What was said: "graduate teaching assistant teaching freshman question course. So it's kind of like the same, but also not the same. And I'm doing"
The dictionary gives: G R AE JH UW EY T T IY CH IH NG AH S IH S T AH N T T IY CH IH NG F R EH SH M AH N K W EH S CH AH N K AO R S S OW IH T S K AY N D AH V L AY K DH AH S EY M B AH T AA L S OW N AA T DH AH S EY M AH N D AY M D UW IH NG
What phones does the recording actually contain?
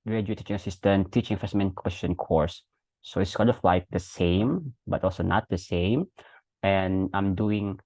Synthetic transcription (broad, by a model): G R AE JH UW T T IY CH IH NG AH S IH S T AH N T T IY CH IH NG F EH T M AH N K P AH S SH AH N K AO R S S OW IH T S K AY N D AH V L AY K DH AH S EY M B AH T AA L S OW N AA T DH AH S EY M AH N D AY M D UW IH NG